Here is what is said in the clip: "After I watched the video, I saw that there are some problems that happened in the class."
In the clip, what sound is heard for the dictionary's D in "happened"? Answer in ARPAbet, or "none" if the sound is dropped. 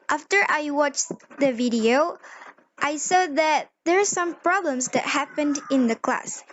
D